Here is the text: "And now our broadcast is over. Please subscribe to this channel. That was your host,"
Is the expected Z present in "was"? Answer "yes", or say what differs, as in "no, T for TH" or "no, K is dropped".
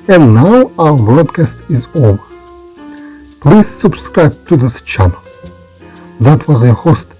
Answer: yes